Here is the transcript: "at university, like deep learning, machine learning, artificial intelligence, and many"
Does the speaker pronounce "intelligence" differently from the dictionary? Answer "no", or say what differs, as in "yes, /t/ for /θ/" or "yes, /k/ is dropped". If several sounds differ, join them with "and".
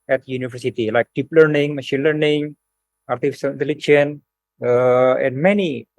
yes, /tʃ/ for /dʒ/ and /s/ is dropped